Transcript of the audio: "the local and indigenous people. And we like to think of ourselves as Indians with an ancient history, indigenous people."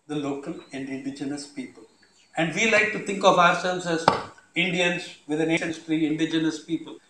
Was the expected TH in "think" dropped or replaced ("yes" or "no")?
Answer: yes